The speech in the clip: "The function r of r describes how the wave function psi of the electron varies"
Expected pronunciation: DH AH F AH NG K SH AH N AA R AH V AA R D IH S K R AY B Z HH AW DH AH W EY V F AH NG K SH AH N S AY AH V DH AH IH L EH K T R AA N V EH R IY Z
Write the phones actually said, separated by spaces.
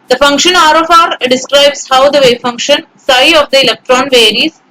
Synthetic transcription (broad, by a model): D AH F AH NG K SH AH N AA R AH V AA R D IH S K R AY B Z HH AW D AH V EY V F AH NG K SH AH N S AY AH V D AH IH L EH K T R AA N V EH R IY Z